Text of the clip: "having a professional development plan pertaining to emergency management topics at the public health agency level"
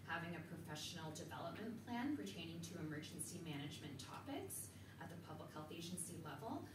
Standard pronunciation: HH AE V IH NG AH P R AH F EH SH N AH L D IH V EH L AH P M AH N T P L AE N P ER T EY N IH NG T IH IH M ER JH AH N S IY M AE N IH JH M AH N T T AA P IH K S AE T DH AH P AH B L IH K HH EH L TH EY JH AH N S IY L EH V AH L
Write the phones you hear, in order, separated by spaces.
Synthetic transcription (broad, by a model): HH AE V IH NG AH P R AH F EH SH N L D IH V EH L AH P M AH N P L AE N P ER T EY N IH NG T IH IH M ER JH N S IY M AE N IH JH M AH N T T AA P IH K S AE T DH AH P AH B L IH K HH EH L TH EY JH AH N S IY L EH V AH L